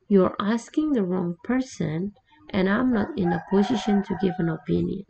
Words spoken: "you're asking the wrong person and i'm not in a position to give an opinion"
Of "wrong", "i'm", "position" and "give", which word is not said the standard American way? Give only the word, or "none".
none